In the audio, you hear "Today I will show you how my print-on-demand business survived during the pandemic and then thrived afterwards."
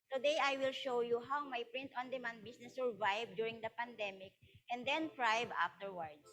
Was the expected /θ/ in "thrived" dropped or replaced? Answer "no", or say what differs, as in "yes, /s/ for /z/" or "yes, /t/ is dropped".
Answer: yes, /t/ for /θ/